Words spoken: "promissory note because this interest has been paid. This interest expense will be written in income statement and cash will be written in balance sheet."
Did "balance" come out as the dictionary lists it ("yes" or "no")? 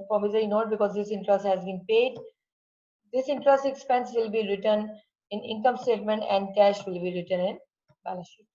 no